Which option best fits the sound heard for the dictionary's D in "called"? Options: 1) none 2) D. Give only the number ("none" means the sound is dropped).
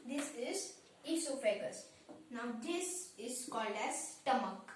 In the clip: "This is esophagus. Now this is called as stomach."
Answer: 2